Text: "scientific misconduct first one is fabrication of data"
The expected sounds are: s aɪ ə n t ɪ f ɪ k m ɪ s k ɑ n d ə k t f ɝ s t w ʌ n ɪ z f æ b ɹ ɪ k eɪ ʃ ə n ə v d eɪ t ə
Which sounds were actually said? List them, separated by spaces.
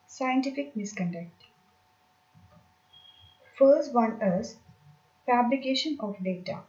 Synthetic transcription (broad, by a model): s aɪ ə n t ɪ f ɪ k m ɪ s k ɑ n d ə k t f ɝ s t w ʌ n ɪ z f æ b l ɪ k eɪ ʃ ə n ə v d eɪ t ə